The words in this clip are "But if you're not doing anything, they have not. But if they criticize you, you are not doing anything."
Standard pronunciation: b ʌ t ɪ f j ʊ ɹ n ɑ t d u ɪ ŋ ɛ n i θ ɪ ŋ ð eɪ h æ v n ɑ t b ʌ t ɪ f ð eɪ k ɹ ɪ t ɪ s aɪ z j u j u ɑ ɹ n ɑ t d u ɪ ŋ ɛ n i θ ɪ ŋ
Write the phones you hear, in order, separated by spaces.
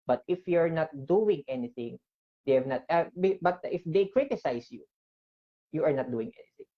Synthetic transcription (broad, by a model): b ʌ t ɪ f j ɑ ɹ n ɑ t d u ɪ ŋ ɛ n i θ ɪ ŋ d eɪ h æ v n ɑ t b ʌ t ɪ f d eɪ k ɹ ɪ t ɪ s aɪ s j u j u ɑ ɹ n ɑ t d u ɪ ŋ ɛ n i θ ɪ ŋ